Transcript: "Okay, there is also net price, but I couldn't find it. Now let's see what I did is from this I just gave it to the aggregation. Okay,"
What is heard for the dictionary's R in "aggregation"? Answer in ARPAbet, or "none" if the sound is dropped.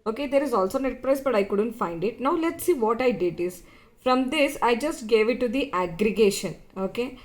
R